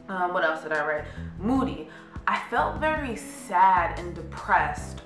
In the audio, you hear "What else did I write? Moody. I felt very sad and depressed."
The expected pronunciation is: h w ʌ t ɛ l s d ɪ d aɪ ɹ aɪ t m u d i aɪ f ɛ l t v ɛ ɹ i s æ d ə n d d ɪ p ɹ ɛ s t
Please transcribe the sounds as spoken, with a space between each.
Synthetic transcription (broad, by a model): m w ʌ t ɛ l s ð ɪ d aɪ ɹ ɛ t m u d i aɪ f ɛ l t v ɛ ɹ i s æ d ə n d d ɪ p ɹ ɛ s t